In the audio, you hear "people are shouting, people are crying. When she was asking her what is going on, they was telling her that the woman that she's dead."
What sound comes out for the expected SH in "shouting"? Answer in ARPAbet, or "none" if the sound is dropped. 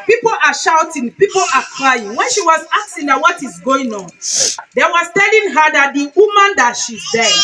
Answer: SH